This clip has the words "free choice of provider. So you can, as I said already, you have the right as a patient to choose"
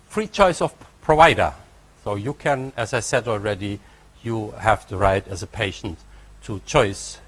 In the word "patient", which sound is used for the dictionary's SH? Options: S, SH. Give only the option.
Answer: SH